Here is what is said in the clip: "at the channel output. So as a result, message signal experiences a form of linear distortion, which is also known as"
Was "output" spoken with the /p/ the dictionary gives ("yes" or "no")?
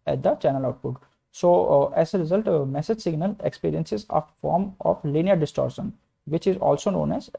no